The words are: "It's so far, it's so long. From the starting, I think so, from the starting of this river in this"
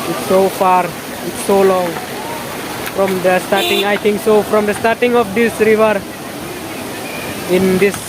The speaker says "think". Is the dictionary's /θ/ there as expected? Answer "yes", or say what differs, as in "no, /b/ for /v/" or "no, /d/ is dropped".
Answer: no, /t/ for /θ/